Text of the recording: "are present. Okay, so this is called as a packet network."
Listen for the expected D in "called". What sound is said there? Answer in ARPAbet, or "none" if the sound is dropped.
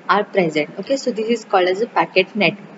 none